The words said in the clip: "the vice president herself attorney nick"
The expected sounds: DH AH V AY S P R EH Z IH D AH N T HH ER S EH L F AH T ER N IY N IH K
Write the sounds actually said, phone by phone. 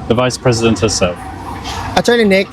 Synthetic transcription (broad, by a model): DH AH V AY S P R EH Z IH D AH N T HH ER S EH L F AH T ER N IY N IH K